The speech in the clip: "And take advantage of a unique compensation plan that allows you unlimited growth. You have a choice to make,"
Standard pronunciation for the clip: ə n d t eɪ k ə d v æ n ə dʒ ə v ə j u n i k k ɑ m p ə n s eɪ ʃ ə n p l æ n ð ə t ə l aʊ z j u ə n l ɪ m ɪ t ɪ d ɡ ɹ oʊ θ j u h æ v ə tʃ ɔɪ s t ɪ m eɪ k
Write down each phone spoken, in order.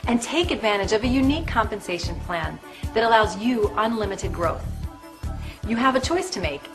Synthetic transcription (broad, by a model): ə n t eɪ k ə d v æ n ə dʒ ə v ə j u n i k k ɑ m p ə n s eɪ ʃ ə n p l æ n ð ə t ə l aʊ z j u ə n l ɪ m ɪ t ɪ d ɡ ɹ oʊ θ j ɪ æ v ə tʃ ɔɪ s t ɪ m eɪ k